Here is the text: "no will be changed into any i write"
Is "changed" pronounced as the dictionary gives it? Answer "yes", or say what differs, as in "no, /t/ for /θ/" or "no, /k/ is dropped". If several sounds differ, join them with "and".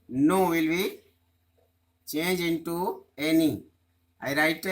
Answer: no, /d/ is dropped